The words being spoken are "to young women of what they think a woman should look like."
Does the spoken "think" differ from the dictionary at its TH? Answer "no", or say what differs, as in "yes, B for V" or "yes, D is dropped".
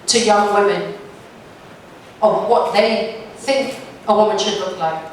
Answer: no